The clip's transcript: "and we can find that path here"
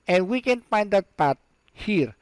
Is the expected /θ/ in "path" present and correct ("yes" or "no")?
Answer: no